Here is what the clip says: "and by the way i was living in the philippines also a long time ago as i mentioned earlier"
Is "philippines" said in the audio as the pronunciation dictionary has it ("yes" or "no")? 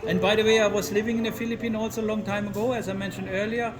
no